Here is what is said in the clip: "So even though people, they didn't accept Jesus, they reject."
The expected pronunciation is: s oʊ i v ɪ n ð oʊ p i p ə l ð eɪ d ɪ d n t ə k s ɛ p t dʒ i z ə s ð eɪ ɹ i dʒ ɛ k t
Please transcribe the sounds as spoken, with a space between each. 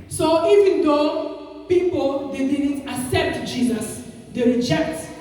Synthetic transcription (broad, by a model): s oʊ i v ɪ n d oʊ p i p ə l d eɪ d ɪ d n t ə s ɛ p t dʒ i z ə s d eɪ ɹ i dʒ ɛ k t